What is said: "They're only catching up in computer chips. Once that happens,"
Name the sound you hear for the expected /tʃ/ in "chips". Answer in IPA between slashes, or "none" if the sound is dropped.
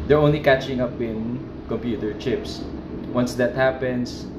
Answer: /tʃ/